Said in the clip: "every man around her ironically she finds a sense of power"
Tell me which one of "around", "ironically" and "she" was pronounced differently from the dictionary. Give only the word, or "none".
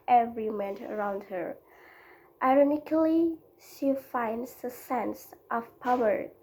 none